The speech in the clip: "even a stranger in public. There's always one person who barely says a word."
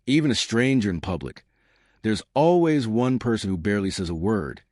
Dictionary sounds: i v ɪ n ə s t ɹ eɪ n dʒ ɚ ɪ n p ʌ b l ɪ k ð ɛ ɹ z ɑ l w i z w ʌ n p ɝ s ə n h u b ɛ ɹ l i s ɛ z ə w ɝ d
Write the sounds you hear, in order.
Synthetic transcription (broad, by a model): i v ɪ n ə s t ɹ eɪ n dʒ ɚ ɪ n p ʌ b l ɪ k ð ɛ ɹ z ɑ l w i z w ʌ n p ɝ s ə n h u b ɛ ɹ l i s ɛ z ə w ɝ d